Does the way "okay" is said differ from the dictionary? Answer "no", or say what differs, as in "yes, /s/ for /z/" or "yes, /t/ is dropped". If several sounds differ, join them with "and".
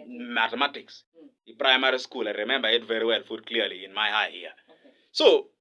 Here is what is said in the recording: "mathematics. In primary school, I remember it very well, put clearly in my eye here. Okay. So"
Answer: yes, /k/ is dropped